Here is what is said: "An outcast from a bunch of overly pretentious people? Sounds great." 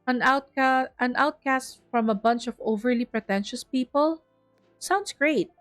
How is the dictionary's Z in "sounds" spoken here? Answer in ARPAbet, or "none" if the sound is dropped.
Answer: S